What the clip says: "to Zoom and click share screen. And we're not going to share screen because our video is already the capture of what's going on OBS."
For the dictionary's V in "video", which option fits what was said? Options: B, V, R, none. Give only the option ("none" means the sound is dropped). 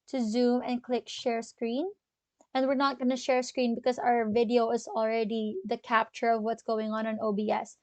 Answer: V